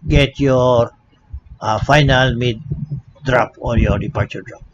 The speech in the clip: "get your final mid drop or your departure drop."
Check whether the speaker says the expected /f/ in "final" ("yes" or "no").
yes